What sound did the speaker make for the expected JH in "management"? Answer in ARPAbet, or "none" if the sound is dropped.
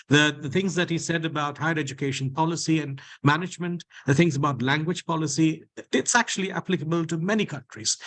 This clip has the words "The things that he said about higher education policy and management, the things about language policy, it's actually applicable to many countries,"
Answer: JH